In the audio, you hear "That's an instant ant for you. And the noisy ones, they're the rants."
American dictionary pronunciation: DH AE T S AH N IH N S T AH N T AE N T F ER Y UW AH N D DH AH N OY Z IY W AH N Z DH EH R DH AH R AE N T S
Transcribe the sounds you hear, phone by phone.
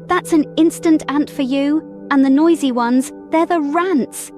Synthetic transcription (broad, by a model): DH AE T S AH N IH N S T AH N T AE N T F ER Y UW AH N DH AH N OY Z IY W AH N Z DH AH R DH AH R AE N T S